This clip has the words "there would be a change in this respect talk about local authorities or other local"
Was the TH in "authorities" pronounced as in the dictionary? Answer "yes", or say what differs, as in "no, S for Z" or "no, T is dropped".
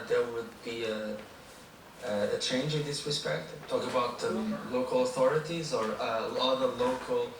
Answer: yes